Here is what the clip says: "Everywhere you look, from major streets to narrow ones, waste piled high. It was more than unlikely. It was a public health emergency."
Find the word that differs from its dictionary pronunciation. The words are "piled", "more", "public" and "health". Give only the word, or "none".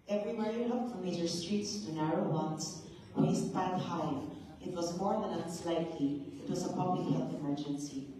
piled